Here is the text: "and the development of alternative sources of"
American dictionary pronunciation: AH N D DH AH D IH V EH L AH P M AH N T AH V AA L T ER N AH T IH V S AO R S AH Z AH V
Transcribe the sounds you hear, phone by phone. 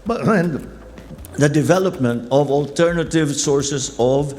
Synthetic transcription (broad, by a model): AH N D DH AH D IH V EH L AH P M AH N T AH V AA L T ER N AH T IH V S AO R S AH S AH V